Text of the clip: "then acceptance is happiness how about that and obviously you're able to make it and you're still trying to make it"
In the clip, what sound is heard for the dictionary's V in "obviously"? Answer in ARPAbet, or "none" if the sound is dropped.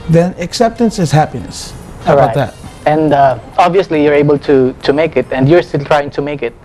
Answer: V